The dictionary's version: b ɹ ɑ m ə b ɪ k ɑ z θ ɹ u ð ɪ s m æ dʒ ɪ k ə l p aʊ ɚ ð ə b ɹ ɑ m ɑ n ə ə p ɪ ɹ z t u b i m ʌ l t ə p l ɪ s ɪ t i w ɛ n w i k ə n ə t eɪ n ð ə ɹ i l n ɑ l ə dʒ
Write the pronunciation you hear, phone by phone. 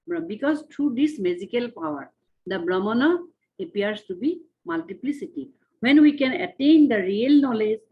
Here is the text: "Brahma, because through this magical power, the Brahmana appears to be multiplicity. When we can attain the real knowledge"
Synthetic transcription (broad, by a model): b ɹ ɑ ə b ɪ k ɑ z t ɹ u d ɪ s m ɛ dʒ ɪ k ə l p aʊ ɚ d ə b ɹ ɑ m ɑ n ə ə p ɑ ɹ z t u b i m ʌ l t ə p l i s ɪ t i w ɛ n w i k ə n ə t eɪ n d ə ɹ i l n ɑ l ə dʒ